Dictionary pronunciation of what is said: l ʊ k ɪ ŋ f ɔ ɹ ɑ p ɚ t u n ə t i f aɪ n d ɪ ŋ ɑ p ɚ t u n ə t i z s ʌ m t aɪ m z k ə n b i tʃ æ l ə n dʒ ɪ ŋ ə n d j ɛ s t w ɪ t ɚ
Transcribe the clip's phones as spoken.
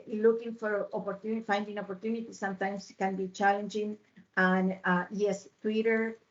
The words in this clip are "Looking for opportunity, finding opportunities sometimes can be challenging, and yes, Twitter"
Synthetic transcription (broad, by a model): l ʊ k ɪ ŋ f ɔ ɹ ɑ p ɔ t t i f aɪ n d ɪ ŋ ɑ p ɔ t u n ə t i s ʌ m t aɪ m s k ə n b i tʃ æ l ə n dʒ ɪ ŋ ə n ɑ j ɛ s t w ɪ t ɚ